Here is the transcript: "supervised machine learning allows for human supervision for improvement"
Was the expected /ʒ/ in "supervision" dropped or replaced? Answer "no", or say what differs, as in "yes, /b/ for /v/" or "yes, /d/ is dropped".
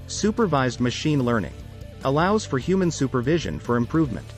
no